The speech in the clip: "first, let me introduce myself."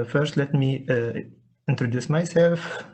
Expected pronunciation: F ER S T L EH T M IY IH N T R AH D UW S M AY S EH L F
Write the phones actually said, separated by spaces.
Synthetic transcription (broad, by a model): F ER S T L EH T M IY IH N T R AH D UW S M AY S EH L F